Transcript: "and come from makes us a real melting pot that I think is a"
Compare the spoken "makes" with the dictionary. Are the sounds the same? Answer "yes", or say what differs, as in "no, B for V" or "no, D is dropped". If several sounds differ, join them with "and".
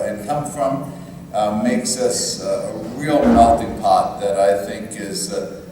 yes